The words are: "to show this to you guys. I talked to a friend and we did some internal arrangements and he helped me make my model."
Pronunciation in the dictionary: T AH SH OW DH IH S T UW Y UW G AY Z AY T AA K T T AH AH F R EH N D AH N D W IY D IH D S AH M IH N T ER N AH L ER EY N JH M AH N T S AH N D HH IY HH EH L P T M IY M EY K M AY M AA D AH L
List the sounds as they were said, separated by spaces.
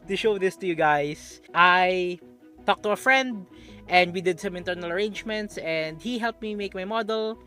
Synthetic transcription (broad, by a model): T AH SH OW DH IH S T UW Y UW G AY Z AY T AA K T T AH AH F R EH N D AH N D W IY D IH D S AH M IH N T ER N AH L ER EY N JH M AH N T S AH N D HH IY HH EH L P T M IY M EY K M AY M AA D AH L